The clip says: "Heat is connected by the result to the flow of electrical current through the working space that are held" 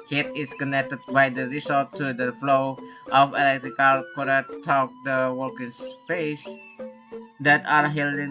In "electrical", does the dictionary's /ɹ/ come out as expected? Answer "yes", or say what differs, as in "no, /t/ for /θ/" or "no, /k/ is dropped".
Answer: yes